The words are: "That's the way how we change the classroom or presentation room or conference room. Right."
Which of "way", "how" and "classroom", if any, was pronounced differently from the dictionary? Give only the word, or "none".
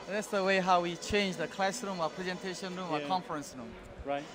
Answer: none